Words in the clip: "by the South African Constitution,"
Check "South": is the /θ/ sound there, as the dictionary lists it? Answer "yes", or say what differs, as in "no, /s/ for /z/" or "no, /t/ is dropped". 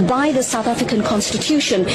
yes